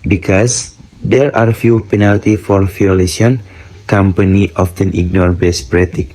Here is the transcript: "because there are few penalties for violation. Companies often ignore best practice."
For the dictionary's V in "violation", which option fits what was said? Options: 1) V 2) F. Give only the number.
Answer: 2